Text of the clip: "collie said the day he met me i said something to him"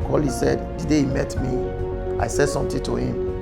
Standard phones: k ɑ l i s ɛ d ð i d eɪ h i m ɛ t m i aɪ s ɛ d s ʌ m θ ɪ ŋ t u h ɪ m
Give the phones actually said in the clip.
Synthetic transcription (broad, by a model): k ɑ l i s ɛ d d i d eɪ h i m ɛ t m i aɪ s ɛ d s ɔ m t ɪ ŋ t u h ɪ m